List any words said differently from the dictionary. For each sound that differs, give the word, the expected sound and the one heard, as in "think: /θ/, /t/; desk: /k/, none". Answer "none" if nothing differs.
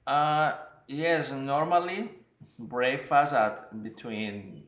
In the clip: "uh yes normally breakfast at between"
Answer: breakfast: /k/, none; breakfast: /t/, none